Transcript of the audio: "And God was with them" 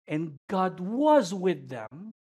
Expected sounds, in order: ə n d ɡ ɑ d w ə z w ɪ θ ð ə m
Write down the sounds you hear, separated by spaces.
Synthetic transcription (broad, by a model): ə n ɡ ɑ d w ə z w ɪ ð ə m